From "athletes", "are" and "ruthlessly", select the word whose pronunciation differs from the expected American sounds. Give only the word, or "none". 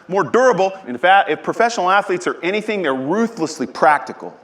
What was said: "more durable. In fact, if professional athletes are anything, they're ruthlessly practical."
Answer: none